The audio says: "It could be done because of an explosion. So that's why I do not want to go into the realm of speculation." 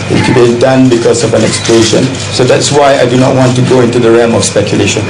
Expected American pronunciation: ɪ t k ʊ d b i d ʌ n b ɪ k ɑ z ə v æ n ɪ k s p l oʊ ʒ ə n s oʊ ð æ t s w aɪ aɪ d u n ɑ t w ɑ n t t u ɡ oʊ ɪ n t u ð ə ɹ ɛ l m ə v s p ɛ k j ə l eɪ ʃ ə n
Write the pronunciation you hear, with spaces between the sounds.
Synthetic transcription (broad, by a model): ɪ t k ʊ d b i d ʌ n b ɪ k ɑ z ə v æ n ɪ k s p l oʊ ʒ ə n s oʊ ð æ t s w aɪ aɪ d u n ɑ t w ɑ n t t u ɡ oʊ ɪ n t u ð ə ɹ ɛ m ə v s p ɛ k j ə l eɪ ʃ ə n